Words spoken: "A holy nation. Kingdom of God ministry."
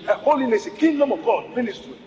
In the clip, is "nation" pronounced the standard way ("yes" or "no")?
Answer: no